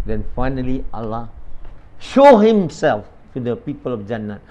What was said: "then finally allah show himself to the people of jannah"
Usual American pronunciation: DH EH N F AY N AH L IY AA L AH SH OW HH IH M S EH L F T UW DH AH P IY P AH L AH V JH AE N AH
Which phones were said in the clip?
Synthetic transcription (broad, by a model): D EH N F AY N AH L IY AA L AH SH OW HH IH M S EH L F T UW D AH P IY P AH L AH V JH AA N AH